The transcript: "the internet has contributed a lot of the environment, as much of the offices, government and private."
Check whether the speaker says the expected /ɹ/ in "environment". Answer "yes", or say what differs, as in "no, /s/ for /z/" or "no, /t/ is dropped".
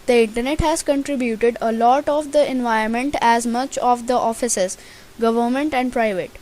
no, /ɹ/ is dropped